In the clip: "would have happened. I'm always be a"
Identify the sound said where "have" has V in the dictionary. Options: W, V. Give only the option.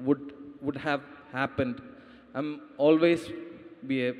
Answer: V